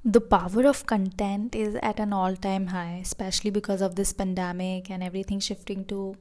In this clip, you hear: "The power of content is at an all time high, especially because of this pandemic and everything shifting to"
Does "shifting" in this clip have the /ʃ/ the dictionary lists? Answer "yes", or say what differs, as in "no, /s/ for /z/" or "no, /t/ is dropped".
yes